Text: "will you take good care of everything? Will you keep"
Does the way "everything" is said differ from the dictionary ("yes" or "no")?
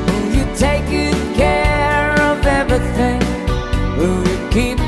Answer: no